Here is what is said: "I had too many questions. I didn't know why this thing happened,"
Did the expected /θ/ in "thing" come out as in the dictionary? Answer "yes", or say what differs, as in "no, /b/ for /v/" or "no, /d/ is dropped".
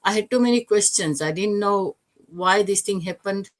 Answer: no, /t/ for /θ/